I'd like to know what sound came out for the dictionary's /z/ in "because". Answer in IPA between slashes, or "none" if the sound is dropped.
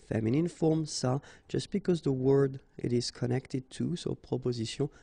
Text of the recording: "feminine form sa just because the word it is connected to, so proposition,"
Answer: /z/